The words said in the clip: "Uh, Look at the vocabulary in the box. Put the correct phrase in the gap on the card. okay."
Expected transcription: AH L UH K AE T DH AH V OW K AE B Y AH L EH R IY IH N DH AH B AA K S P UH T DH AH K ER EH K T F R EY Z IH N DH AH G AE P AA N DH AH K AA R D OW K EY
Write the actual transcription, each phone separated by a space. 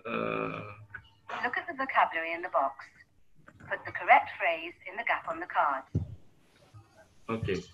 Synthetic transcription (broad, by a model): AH L UH K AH T DH AH V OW K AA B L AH R IY IH N DH AH B AA K S P UH T DH AH K ER EH K T F R EY Z IH N DH AH G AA P N DH AH K AA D OW K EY